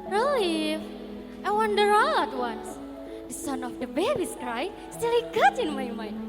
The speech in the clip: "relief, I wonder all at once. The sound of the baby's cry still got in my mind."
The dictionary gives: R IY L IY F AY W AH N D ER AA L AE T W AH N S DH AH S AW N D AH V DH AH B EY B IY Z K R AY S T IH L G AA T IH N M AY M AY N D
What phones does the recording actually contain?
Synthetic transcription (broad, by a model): R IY L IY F AY W AH N D ER AA L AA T W AH N S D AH S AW N AH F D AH B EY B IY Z K R AY S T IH L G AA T IH N M AY M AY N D